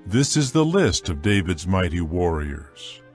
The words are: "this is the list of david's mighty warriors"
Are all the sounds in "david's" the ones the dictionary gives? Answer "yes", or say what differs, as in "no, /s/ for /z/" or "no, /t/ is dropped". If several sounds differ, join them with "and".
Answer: yes